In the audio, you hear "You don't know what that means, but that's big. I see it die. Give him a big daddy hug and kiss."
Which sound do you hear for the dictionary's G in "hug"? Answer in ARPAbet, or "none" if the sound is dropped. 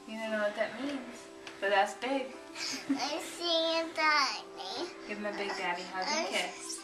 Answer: none